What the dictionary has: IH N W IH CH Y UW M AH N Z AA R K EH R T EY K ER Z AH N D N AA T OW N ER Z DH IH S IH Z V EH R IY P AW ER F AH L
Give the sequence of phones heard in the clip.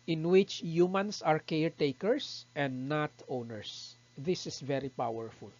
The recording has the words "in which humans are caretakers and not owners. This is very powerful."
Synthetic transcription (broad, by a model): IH N W IH CH Y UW M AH N S AA R K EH R T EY K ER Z AH N D N AA T OW N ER S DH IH S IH S V EH R IY P AW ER F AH L